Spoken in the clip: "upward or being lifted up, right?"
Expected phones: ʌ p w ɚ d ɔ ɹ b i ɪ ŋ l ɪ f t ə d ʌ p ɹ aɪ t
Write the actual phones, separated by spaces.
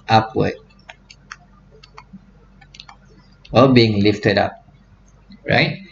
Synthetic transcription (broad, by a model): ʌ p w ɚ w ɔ l b i ɪ ŋ l ɪ f t ə d ʌ p ɹ aɪ t